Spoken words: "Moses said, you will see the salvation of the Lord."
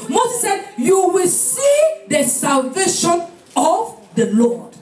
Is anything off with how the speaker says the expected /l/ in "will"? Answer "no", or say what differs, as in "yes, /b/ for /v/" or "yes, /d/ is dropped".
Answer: no